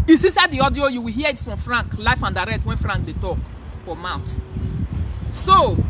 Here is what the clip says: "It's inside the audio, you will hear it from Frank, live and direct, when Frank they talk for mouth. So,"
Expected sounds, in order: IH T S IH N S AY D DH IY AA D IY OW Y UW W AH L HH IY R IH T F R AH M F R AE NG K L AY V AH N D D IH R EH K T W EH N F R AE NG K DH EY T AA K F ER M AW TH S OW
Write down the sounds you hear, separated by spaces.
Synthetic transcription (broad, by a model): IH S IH S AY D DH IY AA D IY OW Y UW W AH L HH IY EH IH T F R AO M F R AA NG K L AY F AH N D D IH R EH K T W EH N F R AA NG K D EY T AA K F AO M AW T S OW